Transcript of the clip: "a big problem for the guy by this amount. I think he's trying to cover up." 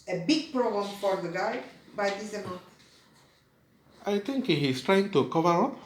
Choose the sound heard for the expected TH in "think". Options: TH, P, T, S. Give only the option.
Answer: T